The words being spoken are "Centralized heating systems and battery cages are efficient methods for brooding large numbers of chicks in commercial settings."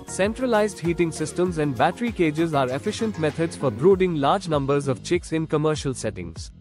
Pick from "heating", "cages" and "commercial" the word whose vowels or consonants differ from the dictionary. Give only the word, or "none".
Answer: none